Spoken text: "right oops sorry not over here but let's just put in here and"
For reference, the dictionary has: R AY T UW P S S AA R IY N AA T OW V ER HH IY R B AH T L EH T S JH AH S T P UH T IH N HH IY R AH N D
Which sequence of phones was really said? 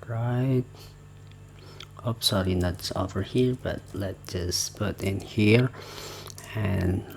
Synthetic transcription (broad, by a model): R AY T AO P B S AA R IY N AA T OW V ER HH IY R B AH T L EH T JH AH S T P UH T IH N HH IY R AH N